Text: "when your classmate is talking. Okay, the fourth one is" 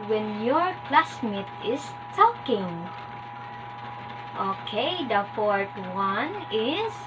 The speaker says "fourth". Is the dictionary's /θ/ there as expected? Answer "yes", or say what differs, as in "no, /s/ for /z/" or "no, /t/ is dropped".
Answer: no, /t/ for /θ/